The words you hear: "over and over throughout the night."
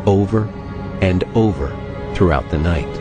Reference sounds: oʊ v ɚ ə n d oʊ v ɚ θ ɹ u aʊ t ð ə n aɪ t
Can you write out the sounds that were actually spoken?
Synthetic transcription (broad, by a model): oʊ v ɚ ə n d oʊ v ɚ θ ɹ u aʊ t ð ə n aɪ t